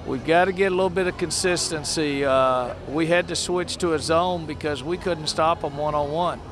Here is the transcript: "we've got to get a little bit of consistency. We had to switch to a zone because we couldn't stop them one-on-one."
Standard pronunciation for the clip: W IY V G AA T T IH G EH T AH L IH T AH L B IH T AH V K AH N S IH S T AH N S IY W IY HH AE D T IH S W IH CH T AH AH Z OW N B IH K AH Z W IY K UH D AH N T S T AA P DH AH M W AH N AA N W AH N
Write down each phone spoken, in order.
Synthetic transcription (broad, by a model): W IY V G AA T T IH G EH T AH L IH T L B IH T AH V K AH N S IH S T AH N S IY W IY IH D T IH S W IH CH T AH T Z OW N B IH K AH Z W IY K UH D N T S T AA P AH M W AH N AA W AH N